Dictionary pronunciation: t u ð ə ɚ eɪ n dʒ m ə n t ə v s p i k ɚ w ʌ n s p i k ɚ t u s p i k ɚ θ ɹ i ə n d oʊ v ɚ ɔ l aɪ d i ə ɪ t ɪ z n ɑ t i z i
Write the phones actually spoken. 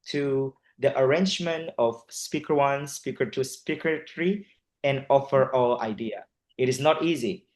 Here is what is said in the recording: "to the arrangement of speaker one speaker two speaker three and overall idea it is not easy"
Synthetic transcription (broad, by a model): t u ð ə ɚ eɪ n dʒ m ə n t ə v s p i k ɚ w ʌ n s p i k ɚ t u s p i k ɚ t ɹ i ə n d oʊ f ɚ ɔ l aɪ d i ə ɪ t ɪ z n ɑ t i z i